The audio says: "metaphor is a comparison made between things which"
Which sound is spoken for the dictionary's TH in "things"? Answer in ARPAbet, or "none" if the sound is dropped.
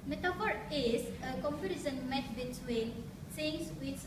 S